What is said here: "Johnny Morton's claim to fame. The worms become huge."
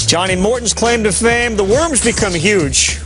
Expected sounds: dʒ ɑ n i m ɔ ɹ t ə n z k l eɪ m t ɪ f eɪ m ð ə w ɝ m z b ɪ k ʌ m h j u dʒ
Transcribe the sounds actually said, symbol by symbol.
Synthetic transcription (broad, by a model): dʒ ɑ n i m ɔ ɹ t n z k l eɪ m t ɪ f eɪ m ð ə w ɝ m z b ɪ k ʌ m h j u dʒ